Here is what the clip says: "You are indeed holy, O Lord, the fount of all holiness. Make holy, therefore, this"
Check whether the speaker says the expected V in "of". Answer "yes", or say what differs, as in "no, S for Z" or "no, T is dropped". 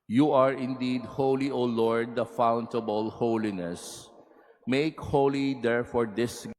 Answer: no, B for V